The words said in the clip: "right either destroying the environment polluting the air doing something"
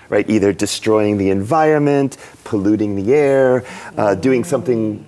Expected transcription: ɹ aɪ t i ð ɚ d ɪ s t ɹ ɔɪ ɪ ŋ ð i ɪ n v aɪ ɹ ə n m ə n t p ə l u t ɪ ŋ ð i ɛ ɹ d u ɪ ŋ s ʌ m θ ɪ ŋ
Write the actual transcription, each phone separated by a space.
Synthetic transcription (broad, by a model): ɹ aɪ t i ð ɚ d ɪ s t ɹ ɔɪ ɪ ŋ ð i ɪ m v aɪ ɹ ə n m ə n t p ə l u t ɪ ŋ ð i ɛ ɹ d u ɪ ŋ s ʌ m θ ɪ ŋ